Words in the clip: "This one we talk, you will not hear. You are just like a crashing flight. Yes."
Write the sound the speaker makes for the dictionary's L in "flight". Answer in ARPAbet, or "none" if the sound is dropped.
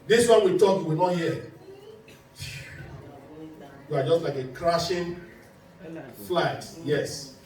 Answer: L